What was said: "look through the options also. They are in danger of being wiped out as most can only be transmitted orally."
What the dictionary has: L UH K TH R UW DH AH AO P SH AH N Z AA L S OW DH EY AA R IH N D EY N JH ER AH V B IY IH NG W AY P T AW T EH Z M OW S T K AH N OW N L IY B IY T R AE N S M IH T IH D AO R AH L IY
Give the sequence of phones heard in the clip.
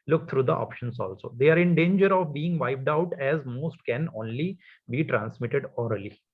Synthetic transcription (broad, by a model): L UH K T R UW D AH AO P SH AH N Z AA L S OW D EY AA R IH N D EY N JH ER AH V B IY IH NG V AY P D AW T EH Z M OW S T K AH N OW N L IY B IY T R AE N S M IH T IH D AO R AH L IY